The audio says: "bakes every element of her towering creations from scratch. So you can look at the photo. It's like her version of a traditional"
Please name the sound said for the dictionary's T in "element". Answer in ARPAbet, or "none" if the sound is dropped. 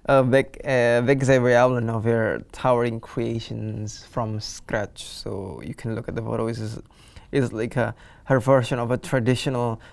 none